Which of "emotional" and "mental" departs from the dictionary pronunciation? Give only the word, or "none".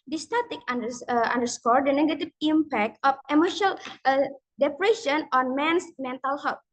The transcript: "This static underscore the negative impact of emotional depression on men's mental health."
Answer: emotional